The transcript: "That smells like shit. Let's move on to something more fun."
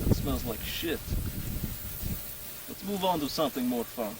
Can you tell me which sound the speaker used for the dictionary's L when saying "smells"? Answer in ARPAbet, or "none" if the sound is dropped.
L